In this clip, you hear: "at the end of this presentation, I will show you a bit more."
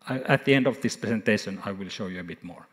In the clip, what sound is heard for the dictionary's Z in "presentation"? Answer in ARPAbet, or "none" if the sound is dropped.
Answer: S